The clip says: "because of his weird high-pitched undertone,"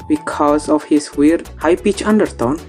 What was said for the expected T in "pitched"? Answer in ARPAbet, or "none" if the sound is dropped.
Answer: none